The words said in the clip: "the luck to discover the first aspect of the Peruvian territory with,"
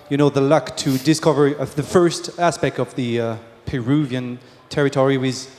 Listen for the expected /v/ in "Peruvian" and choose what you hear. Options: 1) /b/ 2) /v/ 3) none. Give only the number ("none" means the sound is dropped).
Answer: 2